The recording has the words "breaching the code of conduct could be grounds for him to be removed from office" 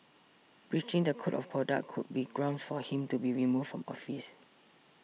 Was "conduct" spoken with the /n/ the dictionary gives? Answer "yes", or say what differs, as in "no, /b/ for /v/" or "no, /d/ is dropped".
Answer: no, /n/ is dropped